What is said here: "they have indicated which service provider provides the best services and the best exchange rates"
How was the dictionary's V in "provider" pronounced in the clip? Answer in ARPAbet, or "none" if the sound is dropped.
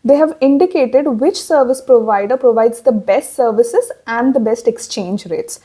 V